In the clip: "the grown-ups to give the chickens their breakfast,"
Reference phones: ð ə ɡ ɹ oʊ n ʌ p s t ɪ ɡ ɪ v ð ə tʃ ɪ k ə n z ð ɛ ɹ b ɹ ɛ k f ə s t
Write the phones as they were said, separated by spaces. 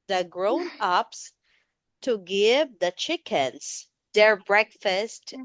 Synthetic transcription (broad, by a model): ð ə ɡ ɹ oʊ n ʌ p s t ɪ ɡ ɪ v ð ə tʃ ɪ k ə n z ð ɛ ɹ b ɹ ɛ k f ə s t